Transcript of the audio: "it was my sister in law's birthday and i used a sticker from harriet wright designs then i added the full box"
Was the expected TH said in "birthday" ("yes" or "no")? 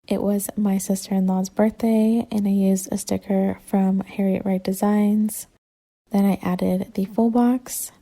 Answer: yes